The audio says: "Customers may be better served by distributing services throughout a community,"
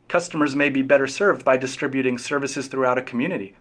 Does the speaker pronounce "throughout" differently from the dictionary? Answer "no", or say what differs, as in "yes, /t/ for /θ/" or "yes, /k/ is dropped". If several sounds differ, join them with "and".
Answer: no